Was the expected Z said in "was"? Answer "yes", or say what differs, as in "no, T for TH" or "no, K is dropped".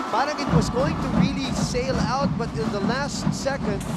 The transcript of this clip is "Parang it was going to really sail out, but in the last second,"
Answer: yes